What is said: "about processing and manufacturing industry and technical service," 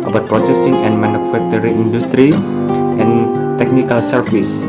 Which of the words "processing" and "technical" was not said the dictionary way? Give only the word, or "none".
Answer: none